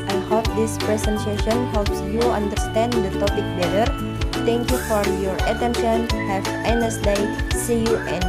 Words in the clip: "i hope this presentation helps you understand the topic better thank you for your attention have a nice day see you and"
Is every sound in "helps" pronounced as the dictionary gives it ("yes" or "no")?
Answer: yes